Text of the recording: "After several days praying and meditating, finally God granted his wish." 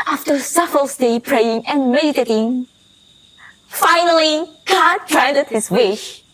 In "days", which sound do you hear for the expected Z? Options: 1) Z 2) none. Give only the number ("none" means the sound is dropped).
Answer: 2